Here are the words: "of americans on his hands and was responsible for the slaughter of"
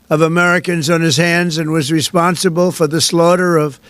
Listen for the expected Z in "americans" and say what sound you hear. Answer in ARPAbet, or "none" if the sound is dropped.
Z